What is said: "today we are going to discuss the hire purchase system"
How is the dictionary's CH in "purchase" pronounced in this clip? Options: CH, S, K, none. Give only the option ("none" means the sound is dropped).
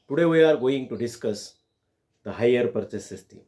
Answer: S